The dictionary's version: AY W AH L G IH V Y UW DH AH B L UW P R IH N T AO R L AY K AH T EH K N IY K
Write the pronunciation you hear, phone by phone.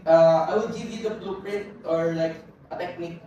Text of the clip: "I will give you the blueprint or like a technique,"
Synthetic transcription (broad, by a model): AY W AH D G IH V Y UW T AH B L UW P R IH T AO R L AY K AH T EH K N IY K